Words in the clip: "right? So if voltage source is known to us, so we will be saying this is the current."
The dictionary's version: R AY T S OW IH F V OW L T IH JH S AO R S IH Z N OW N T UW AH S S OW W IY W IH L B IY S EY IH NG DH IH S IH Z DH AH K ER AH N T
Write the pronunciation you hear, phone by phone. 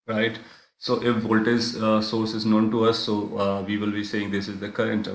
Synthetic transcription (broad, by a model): R AY T S OW IH F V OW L T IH Z S AO R S IH Z N OW N T UW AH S S OW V IY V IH L B IY S EY IH NG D IH S IH Z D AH K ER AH N T